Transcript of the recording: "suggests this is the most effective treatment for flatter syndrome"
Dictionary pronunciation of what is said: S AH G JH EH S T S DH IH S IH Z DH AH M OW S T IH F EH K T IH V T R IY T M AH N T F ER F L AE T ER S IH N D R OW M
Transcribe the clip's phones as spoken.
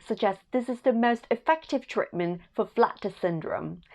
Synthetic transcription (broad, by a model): S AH G JH EH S S DH IH S IH Z DH AH M OW S T IH F EH K T IH V T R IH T M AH N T F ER F L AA T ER S IH N D R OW M